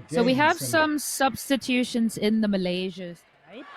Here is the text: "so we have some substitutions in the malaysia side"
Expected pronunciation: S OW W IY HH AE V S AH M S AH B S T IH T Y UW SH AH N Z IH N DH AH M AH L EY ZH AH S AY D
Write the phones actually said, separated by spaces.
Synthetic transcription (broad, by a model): S OW W IY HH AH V S AH M S AH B S T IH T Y UW SH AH N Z IH N DH AH M AH L EY ZH AH